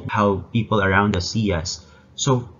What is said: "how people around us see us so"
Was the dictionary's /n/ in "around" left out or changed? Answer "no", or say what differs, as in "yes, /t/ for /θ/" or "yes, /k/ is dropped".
no